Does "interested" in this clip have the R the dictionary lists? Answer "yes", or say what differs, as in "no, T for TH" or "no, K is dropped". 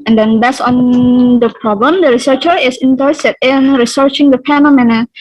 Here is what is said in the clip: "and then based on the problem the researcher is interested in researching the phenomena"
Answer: no, R is dropped